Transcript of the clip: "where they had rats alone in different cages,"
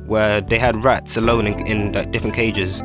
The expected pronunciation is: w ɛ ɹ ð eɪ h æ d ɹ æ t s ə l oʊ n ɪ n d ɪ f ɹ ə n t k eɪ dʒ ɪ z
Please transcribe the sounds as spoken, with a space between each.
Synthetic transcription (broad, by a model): w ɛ ɹ ð eɪ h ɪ d ɹ æ t s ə l oʊ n ɪ n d ɪ f ɹ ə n k eɪ dʒ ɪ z